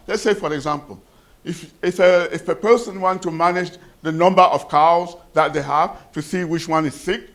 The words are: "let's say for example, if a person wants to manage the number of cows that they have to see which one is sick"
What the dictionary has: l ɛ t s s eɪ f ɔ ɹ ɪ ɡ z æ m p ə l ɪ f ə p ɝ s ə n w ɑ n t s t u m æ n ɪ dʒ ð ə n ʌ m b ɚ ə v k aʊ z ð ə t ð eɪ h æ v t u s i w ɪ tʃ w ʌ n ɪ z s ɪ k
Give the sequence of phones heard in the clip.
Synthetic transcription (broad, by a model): l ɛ t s s eɪ f ɔ ɹ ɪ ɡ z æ m p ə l ɪ f ə p ɝ s ə n w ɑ n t t u m æ n ɪ dʒ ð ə n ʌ m b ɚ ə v k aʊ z ð ə t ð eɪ h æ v t u s i w ɪ tʃ w ʌ n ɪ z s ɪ k